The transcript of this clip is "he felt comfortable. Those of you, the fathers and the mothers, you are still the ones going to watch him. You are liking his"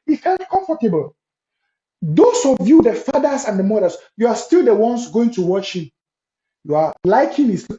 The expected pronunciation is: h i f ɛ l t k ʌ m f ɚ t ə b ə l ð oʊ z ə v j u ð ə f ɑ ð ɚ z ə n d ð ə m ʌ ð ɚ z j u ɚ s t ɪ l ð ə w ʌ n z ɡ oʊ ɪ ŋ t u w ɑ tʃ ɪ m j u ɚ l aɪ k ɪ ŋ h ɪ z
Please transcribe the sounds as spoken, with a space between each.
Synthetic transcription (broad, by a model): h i f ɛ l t k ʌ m f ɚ t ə b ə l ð oʊ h ə v j u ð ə f ɑ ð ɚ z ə n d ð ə m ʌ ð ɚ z j u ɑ s t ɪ l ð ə w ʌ n s ɡ oʊ ɪ ŋ t u w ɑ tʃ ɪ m j u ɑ l aɪ k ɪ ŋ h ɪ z